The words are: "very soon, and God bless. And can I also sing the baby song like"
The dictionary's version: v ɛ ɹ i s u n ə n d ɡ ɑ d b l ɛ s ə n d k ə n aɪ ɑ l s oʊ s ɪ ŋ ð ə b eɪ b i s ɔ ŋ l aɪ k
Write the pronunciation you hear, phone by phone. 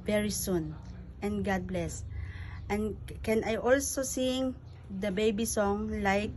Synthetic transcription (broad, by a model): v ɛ ɹ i s u n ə n ɡ ɑ d b l ɛ s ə n k ə n aɪ ɑ l s oʊ s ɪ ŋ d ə b eɪ b i s ɔ ŋ l aɪ k